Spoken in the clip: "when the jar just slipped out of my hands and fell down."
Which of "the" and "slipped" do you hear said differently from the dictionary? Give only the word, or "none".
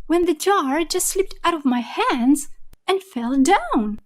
none